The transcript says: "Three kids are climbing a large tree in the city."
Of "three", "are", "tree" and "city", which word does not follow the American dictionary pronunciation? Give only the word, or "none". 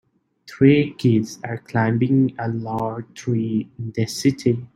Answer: three